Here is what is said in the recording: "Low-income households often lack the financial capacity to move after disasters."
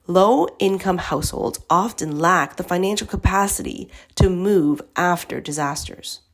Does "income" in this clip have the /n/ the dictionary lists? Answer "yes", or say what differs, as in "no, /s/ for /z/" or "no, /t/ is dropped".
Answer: yes